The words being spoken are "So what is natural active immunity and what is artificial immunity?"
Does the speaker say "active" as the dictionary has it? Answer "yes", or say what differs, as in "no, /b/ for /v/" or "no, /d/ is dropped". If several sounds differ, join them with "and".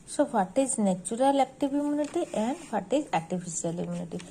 no, /b/ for /v/